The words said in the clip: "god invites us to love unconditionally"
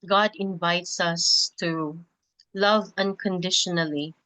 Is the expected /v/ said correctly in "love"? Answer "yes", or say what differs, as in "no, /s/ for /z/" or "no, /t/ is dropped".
yes